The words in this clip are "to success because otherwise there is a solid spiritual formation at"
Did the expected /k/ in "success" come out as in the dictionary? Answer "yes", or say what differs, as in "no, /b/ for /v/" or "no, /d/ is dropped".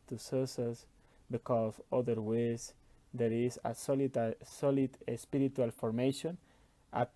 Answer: no, /k/ is dropped